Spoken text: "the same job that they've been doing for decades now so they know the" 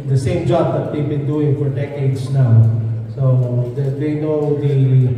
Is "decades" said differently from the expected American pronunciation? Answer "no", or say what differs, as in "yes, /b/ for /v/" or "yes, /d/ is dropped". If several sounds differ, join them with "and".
yes, /s/ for /z/